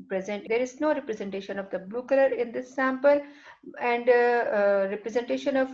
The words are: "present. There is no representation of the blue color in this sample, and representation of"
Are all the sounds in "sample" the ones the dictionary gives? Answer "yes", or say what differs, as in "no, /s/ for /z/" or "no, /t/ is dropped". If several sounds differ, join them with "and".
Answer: yes